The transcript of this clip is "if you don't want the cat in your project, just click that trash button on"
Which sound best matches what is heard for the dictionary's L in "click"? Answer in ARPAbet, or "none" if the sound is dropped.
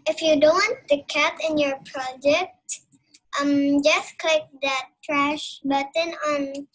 L